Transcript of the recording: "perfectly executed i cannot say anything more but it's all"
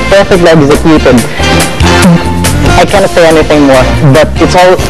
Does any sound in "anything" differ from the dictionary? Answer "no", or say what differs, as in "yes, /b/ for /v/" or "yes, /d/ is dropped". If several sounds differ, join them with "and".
no